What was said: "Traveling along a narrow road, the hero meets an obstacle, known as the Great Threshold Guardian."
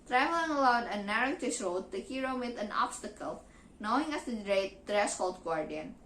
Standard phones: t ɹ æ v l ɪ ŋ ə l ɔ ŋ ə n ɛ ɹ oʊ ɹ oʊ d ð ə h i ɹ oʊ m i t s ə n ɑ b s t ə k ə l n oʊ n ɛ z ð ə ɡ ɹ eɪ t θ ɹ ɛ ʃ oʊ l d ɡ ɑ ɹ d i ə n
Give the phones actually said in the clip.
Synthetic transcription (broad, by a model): t ɹ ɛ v l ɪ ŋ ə l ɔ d ə n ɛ ɹ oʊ ɹ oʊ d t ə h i ɹ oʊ m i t ə n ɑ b s t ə k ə l n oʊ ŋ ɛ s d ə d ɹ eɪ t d ɹ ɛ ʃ oʊ l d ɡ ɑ ɹ d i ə n